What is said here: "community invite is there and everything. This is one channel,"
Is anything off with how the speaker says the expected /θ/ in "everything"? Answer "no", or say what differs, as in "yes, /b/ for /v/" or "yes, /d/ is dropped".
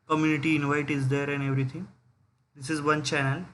yes, /t/ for /θ/